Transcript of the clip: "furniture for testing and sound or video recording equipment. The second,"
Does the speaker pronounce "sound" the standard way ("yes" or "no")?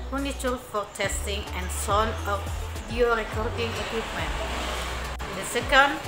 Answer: no